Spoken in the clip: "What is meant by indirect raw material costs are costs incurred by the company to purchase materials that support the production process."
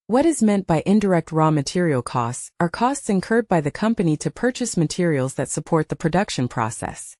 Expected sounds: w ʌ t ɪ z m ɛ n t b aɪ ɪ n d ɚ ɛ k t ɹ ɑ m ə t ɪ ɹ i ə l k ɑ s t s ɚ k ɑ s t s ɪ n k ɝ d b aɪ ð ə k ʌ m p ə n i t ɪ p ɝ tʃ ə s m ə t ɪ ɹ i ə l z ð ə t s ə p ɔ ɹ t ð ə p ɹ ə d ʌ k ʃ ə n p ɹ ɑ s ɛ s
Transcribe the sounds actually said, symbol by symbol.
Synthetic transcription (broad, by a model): w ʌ t ɪ z m ɛ n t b aɪ ɪ n d ɚ ɛ k t ɹ ɑ m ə t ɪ ɹ i l k ɑ s t s ɚ k ɑ s t s ɪ n k ɝ d b aɪ ð ə k ʌ m p ə n i t ɪ p ɝ tʃ ə s m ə t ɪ ɹ i l z ð ə t s ə p ɔ ɹ t ð ə p ɹ ə d ʌ k ʃ ə n p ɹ ɑ s ɛ s